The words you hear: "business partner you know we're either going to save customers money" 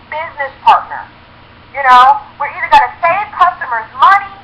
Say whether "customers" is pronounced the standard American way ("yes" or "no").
yes